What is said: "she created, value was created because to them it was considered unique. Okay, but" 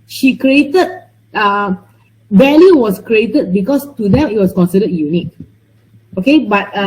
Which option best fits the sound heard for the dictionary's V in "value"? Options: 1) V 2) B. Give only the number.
2